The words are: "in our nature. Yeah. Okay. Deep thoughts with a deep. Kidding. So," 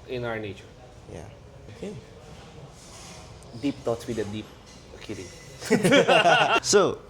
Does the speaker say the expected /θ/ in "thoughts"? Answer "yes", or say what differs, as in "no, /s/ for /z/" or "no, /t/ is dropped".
no, /t/ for /θ/